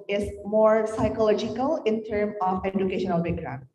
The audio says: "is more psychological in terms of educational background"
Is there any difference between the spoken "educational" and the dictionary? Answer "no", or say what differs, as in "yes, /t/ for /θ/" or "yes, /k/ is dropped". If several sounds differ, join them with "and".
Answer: no